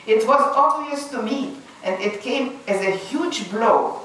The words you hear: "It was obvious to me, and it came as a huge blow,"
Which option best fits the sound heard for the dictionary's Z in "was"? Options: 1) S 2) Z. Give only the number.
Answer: 2